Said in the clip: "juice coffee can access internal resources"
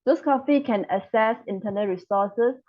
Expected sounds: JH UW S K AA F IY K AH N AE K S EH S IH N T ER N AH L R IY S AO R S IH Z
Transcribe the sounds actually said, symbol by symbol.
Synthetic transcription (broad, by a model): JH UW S K AA F IY K AH N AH S EH S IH N T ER N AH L R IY S AO S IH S